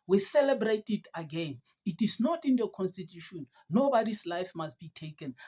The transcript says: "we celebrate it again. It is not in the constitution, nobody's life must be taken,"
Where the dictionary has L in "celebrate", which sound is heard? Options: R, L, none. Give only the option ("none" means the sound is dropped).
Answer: L